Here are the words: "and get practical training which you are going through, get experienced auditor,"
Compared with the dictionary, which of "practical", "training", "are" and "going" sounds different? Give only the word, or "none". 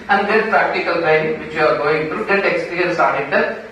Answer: training